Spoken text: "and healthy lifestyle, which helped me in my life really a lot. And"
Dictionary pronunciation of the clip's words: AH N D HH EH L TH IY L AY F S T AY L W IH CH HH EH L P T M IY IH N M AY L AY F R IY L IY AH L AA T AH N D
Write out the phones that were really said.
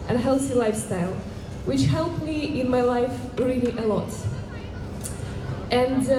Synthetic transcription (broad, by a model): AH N HH EH L TH IY L AY F S T AY L W IH CH HH EH L P M IY IH N M AY L AY F R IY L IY AH L AA T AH N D